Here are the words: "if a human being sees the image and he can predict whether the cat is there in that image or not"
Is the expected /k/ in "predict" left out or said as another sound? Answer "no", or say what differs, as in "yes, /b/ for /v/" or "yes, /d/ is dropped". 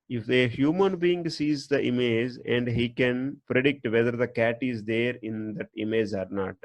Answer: no